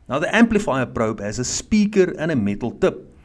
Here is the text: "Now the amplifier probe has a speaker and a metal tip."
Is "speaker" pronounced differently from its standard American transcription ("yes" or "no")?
no